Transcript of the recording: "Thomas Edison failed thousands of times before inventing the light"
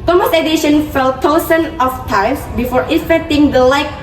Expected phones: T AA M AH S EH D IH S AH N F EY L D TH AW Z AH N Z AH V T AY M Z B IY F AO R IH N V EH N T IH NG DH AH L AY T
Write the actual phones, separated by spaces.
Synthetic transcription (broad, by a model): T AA M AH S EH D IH SH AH N F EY L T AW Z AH N AH F T AY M S B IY F AO R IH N F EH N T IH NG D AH L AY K